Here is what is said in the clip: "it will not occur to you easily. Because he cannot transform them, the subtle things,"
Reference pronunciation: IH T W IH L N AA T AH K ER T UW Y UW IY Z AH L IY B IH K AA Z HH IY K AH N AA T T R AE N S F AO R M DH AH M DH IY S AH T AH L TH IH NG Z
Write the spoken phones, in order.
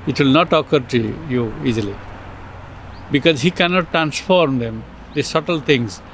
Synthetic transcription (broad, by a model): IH T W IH L N AA T AH K ER T UW Y UW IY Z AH L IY B IH K AA Z HH IY K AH N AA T T R AE N S F AO R M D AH M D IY S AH T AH L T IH NG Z